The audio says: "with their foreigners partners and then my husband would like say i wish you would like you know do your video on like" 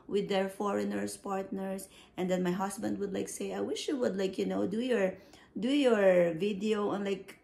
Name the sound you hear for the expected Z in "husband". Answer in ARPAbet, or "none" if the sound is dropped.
S